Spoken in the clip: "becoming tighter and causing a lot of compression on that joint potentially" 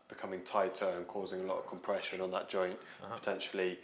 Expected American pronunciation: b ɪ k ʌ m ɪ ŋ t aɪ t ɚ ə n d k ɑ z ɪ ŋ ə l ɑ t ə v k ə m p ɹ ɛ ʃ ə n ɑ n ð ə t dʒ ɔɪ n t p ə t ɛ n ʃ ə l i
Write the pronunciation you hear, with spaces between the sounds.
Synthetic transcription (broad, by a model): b ɪ k ʌ m ɪ ŋ t aɪ t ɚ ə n k ɑ z ɪ ŋ ə l ɑ t ə v k ə m p ɹ ɛ ʃ ə n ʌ n ð ə t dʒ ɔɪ n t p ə t ɛ n ʃ ə l i